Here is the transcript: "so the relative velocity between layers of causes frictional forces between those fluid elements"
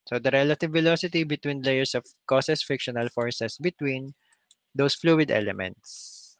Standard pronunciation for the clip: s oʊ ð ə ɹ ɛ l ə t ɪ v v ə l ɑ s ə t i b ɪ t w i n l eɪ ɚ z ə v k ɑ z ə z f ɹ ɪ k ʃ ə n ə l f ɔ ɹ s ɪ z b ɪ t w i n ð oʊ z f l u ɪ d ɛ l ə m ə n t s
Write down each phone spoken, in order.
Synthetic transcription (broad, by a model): s oʊ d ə ɹ ɛ l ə t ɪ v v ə l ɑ s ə t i b ɪ t w i n l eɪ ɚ s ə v k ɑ s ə s f ɪ k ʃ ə n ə l f ɔ ɹ s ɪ s b ɪ t w i n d oʊ s f l u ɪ d ɛ l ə m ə n t s